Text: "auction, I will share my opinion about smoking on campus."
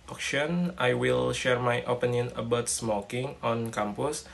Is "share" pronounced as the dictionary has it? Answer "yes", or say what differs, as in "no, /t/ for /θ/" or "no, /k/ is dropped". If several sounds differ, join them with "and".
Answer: yes